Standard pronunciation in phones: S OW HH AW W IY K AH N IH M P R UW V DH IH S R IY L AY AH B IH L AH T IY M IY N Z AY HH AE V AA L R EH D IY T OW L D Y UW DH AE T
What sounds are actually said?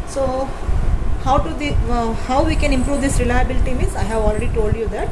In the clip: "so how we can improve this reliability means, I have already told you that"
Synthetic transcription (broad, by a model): S OW HH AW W IY K AH N IH M P R UW V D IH S R IY L AY AH B IH L AH T IY M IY Z AY HH AE V AA L R EH D IY T OW L D Y UW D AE T